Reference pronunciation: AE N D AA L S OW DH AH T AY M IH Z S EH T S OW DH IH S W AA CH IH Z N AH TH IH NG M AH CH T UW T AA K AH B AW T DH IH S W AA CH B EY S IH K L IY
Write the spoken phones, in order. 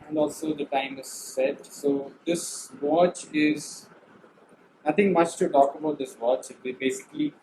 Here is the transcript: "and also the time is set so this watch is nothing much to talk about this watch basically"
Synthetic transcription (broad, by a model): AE N D AA L S OW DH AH T AY M IH Z S EH T S OW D IH S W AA CH IH Z N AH T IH NG M AH CH T UW T AA K AH B AW T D IH S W AA CH B EY S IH K L IY